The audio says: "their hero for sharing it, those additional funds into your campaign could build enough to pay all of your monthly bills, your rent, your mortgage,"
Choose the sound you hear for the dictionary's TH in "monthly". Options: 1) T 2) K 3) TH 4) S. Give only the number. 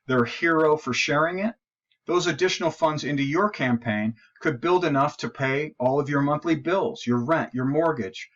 3